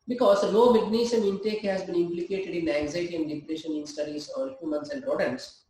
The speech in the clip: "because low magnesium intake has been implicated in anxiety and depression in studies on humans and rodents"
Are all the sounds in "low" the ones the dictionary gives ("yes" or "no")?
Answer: no